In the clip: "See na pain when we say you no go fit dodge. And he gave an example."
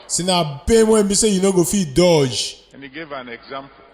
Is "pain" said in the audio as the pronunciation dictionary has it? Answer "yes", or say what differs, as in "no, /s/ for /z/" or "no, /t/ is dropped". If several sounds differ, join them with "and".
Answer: no, /b/ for /p/